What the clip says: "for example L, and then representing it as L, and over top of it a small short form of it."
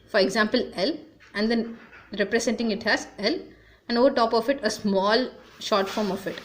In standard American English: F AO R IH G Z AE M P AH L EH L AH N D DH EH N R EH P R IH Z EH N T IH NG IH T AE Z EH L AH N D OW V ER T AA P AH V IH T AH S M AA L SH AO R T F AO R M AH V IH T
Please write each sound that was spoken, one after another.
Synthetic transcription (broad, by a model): F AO R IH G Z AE M P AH L EH L AH N D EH N R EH P R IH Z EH N T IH NG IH T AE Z EH L AH N D OW V ER T AA P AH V IH T AH S M AA L SH AO R T F AO R M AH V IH T